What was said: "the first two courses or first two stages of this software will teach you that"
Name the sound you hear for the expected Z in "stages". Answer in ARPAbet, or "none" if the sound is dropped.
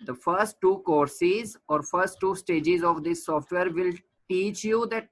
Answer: Z